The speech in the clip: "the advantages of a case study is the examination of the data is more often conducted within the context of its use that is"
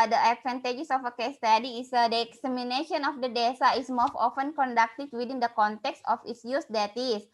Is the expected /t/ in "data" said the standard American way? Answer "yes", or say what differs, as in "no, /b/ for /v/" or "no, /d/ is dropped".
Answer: no, /s/ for /t/